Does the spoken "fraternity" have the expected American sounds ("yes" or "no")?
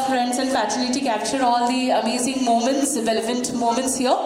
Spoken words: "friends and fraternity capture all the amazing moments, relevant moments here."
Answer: no